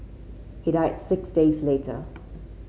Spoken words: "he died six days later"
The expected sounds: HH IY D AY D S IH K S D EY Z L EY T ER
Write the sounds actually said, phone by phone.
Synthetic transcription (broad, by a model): HH IY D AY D S IH K S D EY Z L EY T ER